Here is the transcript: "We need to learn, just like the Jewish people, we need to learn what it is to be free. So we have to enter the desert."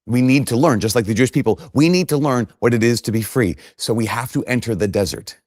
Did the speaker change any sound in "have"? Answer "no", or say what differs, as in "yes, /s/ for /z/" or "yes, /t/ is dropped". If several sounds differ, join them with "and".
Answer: yes, /f/ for /v/